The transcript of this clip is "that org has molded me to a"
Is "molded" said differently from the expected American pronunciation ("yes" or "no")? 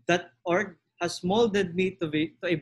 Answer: no